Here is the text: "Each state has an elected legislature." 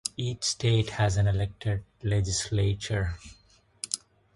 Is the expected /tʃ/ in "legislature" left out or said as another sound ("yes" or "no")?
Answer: no